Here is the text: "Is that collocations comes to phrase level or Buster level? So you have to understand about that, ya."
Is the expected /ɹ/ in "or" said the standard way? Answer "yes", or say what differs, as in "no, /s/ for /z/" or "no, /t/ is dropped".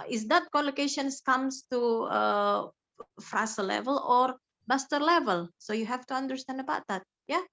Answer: yes